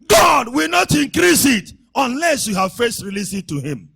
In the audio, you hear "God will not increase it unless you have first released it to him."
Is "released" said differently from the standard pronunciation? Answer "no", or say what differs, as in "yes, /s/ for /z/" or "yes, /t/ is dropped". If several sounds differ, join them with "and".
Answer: yes, /t/ is dropped